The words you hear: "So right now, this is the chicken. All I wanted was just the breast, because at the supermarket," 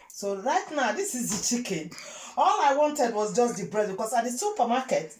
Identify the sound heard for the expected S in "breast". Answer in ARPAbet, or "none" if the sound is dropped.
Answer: none